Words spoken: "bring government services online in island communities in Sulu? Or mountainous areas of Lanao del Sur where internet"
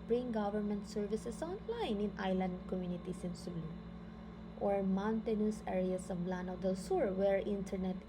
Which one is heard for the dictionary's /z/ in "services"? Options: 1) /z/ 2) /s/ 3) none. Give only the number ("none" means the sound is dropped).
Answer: 2